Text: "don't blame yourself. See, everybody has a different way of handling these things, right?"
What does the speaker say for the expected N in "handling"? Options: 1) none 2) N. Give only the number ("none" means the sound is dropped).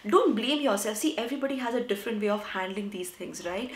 2